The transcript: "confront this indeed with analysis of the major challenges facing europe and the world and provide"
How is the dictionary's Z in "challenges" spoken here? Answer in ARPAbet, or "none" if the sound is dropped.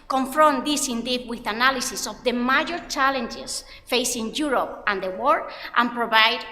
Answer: S